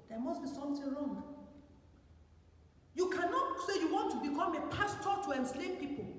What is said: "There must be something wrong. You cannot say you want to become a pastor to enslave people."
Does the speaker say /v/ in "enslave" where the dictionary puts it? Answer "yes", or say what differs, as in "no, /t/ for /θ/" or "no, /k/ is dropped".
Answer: no, /p/ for /v/